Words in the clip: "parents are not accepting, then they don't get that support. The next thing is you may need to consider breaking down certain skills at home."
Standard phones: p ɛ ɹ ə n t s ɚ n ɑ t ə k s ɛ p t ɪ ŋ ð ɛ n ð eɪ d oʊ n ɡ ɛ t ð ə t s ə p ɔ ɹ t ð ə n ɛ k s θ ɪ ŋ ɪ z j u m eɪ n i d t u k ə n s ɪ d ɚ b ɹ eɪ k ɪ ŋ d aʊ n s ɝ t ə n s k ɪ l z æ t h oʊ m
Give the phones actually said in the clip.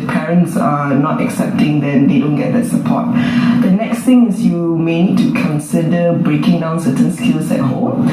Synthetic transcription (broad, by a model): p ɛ ɹ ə n t s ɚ n ɑ t ə k s ɛ p t ɪ ŋ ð ɛ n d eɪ d oʊ n ɡ ɛ t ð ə t s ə p ɔ t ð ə n ɛ k s t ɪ ŋ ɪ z j u m eɪ n i d t u k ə n s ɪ d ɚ b ɹ eɪ k ɪ ŋ d aʊ n s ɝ t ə n s k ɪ l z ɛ t h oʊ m